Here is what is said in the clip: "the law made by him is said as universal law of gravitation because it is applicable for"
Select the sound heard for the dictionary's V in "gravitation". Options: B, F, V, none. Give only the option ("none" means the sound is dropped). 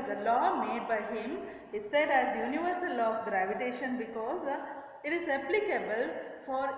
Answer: V